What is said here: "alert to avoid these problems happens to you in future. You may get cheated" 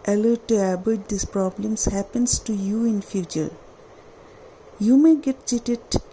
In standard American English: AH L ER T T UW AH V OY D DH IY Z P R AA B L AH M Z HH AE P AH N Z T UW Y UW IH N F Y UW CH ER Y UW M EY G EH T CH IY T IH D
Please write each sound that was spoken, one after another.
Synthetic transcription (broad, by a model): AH L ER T T UW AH B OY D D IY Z P R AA B L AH M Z HH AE P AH N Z T UW Y UW IH N F Y UW CH ER Y UW M EY G EH T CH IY T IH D